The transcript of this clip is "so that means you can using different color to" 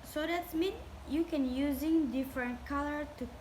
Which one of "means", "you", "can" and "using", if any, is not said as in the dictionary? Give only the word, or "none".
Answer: means